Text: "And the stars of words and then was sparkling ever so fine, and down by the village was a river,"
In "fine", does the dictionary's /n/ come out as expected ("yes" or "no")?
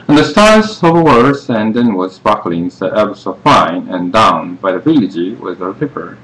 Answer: yes